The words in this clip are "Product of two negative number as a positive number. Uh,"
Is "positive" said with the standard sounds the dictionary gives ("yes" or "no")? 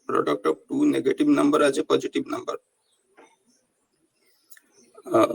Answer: no